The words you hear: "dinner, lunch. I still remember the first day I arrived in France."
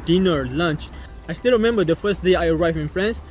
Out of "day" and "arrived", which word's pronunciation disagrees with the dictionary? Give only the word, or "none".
arrived